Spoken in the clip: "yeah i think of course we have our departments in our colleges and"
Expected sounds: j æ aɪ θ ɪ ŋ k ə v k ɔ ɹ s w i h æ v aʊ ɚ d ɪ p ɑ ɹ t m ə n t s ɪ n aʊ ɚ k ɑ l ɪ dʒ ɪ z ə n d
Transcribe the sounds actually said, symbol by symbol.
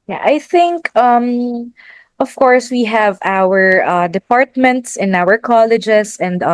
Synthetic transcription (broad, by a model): j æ aɪ θ ɪ ŋ k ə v k ɔ ɹ s w i h æ v aʊ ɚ d ɪ p ɑ ɹ t m ə n t s ɪ n aʊ ɚ k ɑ l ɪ dʒ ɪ s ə n d